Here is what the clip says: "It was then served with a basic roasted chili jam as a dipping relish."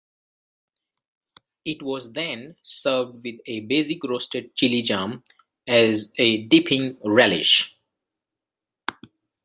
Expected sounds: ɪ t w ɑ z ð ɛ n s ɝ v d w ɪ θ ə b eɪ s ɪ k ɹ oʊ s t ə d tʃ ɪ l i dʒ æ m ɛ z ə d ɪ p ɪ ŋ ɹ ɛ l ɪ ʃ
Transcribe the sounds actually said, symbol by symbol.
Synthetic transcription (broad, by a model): ɪ t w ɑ z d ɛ n s ɝ v d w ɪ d ə b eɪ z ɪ k ɹ oʊ s t ə d tʃ ɪ l i dʒ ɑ m ɛ z ə d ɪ p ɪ ŋ ɹ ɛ l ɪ ʃ